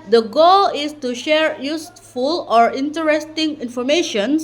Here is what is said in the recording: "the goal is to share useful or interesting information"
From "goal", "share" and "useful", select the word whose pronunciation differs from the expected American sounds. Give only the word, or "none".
none